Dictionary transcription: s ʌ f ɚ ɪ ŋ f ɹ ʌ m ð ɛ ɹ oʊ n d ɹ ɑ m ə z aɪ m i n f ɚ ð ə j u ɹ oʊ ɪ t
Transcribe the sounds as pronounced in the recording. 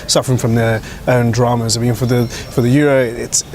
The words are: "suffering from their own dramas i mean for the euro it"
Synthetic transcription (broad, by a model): s ʌ f ɚ ɪ ŋ f ɹ ʌ m ð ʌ ɹ oʊ n d ɹ ɑ m ə z aɪ m i n f ɚ ð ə j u ɹ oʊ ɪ t